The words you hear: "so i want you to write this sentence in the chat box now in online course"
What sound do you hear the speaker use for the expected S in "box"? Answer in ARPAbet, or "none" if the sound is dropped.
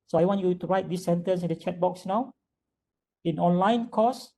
S